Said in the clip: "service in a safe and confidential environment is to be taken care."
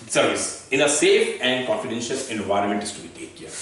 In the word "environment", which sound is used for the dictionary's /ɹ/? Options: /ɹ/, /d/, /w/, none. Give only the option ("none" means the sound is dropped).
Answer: /ɹ/